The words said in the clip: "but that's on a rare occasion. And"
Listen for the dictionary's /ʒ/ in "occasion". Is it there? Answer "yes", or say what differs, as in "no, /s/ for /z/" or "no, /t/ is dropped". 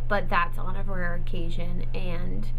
yes